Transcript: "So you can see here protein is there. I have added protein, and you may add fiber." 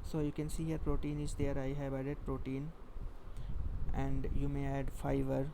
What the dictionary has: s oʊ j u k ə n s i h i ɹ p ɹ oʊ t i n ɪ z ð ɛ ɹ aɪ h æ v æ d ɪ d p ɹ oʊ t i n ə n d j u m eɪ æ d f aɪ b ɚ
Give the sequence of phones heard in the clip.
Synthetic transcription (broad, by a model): s oʊ j u k ə n s i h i ɹ p ɹ oʊ t i n ɪ z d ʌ ɹ aɪ h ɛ b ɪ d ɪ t p ɹ oʊ t i n ə n d j u m eɪ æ d f aɪ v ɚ